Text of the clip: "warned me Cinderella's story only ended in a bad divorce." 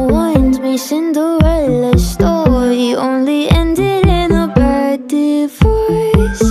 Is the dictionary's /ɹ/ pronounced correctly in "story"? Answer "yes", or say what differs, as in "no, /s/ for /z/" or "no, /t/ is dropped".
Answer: no, /ɹ/ is dropped